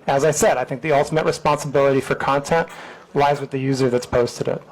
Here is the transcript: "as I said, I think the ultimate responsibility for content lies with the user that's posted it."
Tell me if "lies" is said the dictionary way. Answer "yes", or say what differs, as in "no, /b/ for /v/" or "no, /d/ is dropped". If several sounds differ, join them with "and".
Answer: yes